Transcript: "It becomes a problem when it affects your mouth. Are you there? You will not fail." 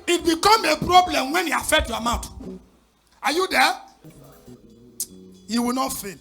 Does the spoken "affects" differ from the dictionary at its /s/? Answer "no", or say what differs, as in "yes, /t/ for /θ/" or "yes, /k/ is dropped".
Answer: yes, /s/ is dropped